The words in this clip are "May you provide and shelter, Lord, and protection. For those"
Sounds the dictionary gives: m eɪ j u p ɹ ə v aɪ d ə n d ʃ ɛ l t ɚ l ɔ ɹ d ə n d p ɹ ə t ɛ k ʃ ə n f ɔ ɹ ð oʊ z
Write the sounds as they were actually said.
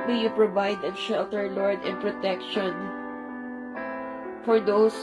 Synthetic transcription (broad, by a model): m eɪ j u p ɹ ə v aɪ d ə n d ʃ ɛ l t ɚ l ɔ ɹ d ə n p ɹ ə t ɛ k ʃ ə n f ɔ ɹ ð oʊ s